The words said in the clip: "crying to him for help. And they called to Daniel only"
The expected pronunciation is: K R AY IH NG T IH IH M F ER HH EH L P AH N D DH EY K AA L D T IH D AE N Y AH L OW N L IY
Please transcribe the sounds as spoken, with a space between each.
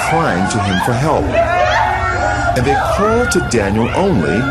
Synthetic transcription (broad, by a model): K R AY IH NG T IH IH M F ER HH EH L P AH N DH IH K AA L D T IH D AE N Y AH L OW N L IY